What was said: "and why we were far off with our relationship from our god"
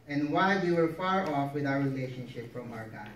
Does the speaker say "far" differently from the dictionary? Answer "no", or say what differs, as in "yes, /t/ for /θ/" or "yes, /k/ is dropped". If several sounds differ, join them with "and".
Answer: no